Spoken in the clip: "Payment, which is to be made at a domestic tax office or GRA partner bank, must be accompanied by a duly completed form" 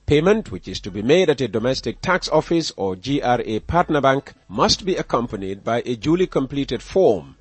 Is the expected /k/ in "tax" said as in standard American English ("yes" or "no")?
yes